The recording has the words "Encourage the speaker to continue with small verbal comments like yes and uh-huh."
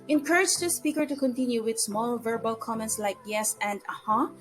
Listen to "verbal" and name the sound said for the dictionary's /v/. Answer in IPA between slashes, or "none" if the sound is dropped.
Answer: /v/